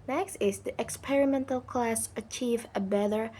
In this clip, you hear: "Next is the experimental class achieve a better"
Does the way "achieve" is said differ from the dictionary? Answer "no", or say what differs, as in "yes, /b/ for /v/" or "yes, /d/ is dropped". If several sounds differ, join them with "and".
no